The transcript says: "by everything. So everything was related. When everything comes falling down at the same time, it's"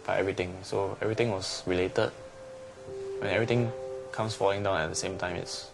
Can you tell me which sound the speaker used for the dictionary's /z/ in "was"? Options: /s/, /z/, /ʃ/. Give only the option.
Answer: /s/